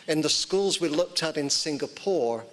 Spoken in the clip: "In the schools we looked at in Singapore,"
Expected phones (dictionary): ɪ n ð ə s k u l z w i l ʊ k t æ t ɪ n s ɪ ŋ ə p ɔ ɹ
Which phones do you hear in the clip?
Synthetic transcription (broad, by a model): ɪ n ð ə s k u l z w i l ʊ k t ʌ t ɪ n s ɪ ŋ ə p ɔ ɹ